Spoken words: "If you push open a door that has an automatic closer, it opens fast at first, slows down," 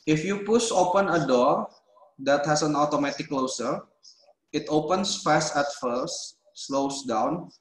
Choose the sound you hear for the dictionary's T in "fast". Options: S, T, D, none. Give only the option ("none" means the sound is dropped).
none